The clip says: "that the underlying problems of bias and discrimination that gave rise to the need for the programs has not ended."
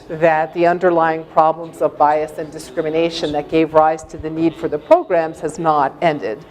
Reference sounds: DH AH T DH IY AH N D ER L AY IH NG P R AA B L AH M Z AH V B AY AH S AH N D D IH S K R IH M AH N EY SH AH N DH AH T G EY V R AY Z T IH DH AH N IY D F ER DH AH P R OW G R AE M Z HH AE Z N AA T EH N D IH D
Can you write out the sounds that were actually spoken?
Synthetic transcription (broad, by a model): DH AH T DH IY AH N D ER L AY IH NG P R AA B L AH M Z AH V B AY AH S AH N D D IH S K R IH M AH N EY SH AH N DH AH T G EY V R AY Z T IH DH AH N IY D F ER DH AH P R OW G R AE M Z HH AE Z N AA T EH N D IH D